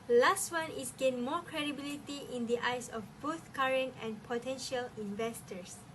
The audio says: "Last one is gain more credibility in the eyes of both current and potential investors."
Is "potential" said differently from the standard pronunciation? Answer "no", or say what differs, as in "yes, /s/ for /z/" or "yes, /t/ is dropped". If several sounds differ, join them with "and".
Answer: no